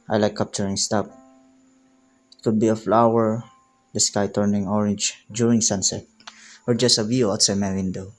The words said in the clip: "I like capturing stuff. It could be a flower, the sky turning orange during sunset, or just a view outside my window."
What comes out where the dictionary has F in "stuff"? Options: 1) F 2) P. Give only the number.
2